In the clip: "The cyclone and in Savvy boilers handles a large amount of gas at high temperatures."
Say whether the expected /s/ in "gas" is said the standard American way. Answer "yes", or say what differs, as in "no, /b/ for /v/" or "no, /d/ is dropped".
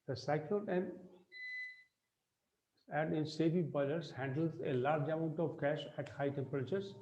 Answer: no, /ʃ/ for /s/